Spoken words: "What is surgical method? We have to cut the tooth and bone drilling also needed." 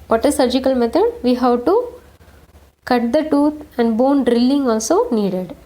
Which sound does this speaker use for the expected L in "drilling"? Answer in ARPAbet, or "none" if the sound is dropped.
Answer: L